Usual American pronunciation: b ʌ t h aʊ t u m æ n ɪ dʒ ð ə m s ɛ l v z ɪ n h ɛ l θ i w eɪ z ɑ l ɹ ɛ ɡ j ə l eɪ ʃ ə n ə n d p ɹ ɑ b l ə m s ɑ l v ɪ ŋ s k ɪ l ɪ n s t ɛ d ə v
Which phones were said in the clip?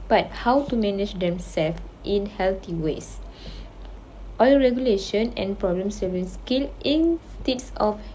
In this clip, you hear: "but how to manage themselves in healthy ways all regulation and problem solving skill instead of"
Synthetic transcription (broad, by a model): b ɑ t h aʊ t u m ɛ n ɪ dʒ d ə m s ɛ l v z ɪ n h ɛ l t i w eɪ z ɑ l ɹ ɛ ɡ j ə l eɪ ʃ ə n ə n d p ɹ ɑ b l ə m s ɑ v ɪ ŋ s k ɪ l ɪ n s t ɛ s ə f